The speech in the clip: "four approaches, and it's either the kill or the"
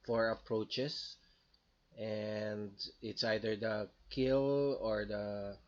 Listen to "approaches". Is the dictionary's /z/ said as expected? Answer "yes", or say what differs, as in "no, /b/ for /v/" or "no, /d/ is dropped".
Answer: no, /s/ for /z/